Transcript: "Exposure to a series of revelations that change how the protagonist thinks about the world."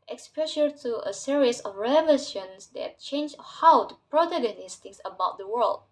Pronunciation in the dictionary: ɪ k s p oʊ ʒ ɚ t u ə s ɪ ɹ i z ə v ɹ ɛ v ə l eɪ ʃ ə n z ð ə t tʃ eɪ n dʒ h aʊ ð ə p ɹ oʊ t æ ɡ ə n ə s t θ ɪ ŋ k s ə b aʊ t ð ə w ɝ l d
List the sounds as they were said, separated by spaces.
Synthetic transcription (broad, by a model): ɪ k s p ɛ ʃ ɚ t u ə s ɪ ɹ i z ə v ɹ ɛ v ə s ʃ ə n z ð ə t tʃ eɪ n dʒ h aʊ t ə p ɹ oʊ t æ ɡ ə n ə s t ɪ k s ə b aʊ t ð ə w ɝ l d